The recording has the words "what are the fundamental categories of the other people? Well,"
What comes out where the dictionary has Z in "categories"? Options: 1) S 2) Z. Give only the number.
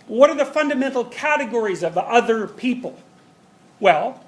2